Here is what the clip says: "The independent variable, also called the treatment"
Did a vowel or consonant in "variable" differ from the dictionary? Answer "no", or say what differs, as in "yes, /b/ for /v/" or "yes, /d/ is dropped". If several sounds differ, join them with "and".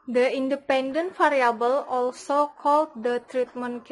yes, /f/ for /v/